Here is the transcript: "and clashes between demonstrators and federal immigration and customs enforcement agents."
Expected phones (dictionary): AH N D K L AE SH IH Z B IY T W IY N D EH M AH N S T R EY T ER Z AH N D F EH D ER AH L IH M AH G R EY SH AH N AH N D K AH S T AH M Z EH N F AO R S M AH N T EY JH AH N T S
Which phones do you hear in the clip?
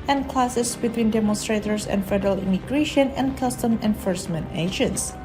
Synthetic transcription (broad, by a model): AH N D K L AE S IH S B IY T W IY N D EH M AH N S T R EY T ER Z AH N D F EH D ER AH L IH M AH G R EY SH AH N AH N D K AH S T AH M EH N F AO R S M AH N T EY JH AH N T S